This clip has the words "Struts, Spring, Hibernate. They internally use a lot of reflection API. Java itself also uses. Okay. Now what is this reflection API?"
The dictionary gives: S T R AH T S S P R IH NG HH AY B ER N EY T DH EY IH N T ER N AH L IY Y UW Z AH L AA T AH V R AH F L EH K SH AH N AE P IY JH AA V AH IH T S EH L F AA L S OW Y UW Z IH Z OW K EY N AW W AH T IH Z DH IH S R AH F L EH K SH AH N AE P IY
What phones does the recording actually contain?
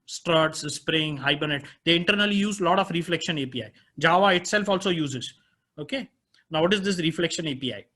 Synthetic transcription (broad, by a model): S T R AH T S S P R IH NG HH AY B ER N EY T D EY IH N T ER N AH L IY Y UW Z L AA T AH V R AH F L EH K SH AH N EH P IY JH AA V AH IH T S EH L F AA L S OW Y UW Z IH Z OW K EY N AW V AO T IH Z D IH S R AH F L EH K SH AH N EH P IY